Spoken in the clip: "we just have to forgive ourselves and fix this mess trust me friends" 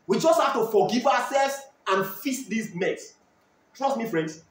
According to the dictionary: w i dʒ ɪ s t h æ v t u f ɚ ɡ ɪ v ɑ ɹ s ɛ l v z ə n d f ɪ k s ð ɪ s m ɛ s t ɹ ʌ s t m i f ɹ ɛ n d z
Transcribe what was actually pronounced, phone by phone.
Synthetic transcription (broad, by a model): w i dʒ ɪ s t h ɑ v t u f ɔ ɡ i v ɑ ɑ s ɛ l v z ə n f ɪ s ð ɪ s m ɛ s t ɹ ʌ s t m i f ɹ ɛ n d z